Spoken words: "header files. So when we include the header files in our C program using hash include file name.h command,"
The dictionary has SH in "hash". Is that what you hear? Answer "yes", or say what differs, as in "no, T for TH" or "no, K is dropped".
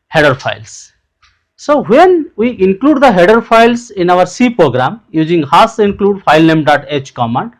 no, S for SH